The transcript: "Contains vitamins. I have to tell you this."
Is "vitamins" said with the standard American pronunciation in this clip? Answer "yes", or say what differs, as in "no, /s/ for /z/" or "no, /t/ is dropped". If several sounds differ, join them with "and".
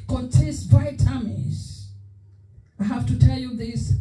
no, /n/ is dropped